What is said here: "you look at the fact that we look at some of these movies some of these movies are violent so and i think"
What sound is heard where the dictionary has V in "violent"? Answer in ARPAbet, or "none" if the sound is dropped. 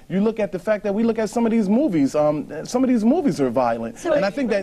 V